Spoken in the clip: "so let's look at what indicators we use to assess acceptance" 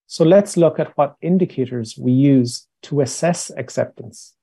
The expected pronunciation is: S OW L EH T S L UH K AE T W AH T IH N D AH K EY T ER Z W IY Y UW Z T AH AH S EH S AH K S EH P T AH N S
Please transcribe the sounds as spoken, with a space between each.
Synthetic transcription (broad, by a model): S OW L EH T S L UH K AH T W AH T IH N D AH K EY T ER Z W IY Y UW Z T AH AH S EH S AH K S EH P T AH N S